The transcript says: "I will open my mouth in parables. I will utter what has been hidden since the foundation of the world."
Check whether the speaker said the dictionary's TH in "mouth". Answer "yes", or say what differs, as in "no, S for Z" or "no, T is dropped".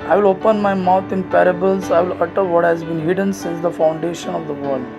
no, T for TH